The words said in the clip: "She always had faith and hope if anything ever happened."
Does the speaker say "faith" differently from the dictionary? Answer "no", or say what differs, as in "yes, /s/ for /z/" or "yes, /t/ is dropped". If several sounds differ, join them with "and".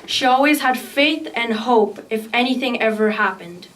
no